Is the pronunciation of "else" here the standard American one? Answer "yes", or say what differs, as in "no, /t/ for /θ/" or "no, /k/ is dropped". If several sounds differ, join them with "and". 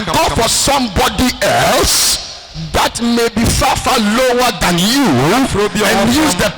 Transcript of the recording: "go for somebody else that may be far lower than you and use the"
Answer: yes